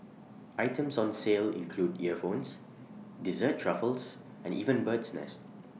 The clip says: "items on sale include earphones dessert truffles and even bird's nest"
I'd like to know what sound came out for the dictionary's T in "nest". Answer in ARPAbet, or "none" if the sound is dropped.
T